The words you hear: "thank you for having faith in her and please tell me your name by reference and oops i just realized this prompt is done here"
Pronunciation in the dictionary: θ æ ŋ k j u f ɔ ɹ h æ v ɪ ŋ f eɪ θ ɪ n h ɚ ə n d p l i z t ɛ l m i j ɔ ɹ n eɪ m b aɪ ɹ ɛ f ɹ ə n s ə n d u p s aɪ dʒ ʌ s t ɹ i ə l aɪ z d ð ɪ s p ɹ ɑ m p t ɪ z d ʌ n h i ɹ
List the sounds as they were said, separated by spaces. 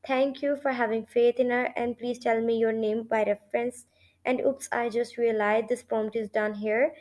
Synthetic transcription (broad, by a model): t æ ŋ k j u f ɔ ɹ h æ v ɪ ŋ f eɪ t ɪ n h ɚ ə n d p l i z t ɛ l m i j ɔ ɹ n eɪ m b aɪ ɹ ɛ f ɹ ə n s ə n d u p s aɪ dʒ ʌ s t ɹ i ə l aɪ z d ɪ s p ɑ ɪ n t ɪ z d ʌ n h i ɹ